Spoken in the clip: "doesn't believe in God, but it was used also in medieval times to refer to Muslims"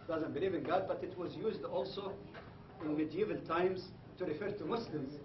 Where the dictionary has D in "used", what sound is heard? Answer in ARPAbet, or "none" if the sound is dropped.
D